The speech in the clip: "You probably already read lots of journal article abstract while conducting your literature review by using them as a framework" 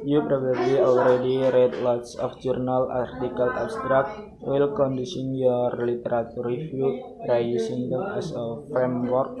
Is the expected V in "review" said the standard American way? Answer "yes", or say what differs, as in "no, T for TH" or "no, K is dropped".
no, F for V